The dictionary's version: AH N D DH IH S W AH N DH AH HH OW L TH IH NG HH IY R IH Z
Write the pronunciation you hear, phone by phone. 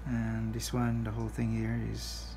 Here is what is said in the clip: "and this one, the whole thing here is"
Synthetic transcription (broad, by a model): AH N DH IH S W AH N DH AH HH OW L TH IH NG HH IY R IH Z